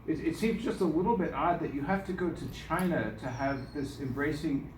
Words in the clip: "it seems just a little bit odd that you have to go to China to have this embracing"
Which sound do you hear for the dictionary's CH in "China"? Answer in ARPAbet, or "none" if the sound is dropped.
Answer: CH